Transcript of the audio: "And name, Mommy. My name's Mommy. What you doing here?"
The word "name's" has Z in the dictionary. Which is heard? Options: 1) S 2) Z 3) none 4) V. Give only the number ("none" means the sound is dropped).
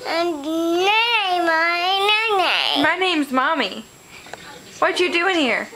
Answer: 2